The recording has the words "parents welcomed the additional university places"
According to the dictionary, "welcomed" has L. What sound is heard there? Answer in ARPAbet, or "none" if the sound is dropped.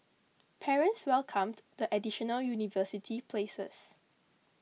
L